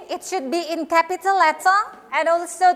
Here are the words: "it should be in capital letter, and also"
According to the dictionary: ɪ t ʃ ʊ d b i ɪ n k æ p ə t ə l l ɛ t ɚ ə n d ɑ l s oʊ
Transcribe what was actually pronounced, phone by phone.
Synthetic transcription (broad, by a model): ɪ t ʃ ʊ d b i ɪ n k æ p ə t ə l l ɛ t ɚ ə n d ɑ l s oʊ